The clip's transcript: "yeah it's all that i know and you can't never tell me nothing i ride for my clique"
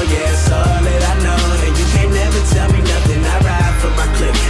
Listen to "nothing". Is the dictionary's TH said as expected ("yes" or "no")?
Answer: yes